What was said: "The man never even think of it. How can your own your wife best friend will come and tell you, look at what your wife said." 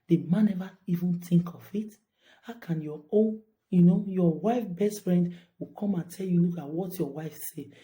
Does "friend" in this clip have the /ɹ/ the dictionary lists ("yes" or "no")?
yes